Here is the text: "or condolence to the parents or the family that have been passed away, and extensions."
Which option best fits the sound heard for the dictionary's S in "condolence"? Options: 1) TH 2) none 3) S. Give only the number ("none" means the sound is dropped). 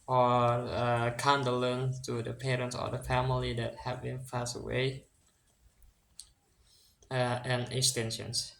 2